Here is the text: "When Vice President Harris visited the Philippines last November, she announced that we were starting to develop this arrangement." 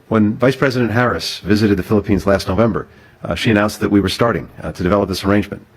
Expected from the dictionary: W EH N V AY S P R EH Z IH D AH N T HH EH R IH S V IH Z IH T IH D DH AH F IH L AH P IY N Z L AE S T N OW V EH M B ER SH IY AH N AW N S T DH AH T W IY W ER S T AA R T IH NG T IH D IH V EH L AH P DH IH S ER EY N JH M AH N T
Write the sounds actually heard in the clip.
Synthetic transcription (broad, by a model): W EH N V AY S P R EH Z IH D AH N T HH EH R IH S V IH Z IH T IH D DH AH F IH L AH P IY N Z L AE S T N OW V EH M B ER SH IY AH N AW N S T DH AH T W IY W ER S T AA R T IH NG T IH D IH V EH L AH P DH IH S ER EY N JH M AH N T